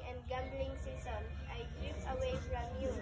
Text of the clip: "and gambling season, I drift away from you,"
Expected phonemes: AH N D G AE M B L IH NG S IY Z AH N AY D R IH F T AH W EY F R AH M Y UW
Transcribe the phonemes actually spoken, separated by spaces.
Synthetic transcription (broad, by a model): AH N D G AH M B L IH NG S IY S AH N AY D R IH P AH W EY F R AH M Y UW